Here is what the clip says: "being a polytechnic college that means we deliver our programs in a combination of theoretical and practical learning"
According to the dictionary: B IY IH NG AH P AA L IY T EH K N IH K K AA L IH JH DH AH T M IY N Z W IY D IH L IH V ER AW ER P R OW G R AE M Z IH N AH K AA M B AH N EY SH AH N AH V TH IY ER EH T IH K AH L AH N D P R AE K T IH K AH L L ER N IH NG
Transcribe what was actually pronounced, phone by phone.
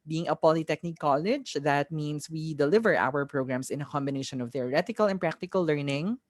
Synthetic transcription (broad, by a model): B IY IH NG AH P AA L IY T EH K N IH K K AA L IH JH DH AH T M IY N S W IY D IH L IH V ER AW ER P R OW G R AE M S IH N AH K AA M B AH N EY SH AH N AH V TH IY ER EH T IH K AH L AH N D P R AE K T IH K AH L L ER N IH NG